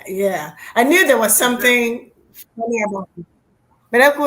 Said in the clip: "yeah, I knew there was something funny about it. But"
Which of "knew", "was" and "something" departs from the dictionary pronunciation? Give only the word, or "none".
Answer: none